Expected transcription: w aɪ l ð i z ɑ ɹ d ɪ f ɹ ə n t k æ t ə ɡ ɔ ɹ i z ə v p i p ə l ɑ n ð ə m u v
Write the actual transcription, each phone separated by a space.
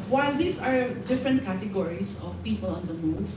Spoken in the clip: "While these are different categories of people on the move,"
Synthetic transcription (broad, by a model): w aɪ l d i s ɑ ɹ d ɪ f ɹ ə n t k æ t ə ɡ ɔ ɹ i s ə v p i p ə l ɑ n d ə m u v